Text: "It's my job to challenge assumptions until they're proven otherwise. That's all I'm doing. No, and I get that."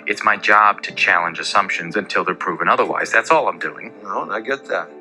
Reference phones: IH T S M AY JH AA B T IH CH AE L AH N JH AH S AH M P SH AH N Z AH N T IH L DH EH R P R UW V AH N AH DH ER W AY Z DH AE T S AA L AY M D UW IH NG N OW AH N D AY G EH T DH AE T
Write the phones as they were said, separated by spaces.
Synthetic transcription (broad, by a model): IH T S M AY JH AA B T IH CH AE L AH N JH AH S AH M P SH AH N Z AH N T IH L DH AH R P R UW V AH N AH DH ER W AY Z DH AE T S AA L AY M D UW IH NG N OW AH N AY G EH T DH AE T